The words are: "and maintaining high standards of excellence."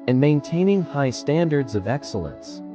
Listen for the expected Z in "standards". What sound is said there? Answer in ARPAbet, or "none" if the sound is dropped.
Z